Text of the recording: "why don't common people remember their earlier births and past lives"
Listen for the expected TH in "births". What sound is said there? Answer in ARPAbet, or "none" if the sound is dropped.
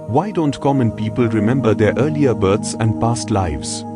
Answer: T